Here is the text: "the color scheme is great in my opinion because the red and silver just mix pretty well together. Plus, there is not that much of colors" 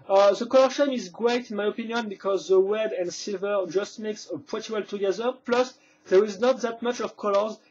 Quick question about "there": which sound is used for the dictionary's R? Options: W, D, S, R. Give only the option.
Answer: R